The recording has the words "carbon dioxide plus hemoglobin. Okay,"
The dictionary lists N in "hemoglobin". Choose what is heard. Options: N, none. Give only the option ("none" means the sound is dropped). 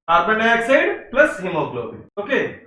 none